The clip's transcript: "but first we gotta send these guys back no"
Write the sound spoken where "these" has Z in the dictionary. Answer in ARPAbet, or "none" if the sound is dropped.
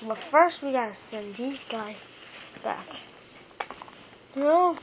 Z